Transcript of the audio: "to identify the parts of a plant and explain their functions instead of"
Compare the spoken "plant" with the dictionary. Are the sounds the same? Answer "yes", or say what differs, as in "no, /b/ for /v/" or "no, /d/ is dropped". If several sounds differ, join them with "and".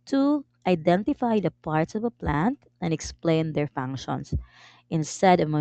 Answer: yes